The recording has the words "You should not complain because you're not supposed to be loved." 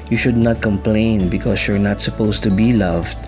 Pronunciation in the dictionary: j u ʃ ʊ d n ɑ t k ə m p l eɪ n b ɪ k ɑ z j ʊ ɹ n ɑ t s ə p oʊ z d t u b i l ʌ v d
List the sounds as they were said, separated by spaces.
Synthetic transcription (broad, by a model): j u ʃ ʊ d n ɑ t k ə m p l eɪ n b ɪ k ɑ s j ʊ ɹ n ɑ t s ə p oʊ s t u b i l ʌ v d